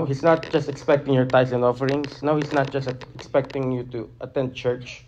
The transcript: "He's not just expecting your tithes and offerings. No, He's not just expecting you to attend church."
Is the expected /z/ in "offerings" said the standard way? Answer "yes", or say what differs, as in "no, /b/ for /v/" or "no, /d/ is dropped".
no, /s/ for /z/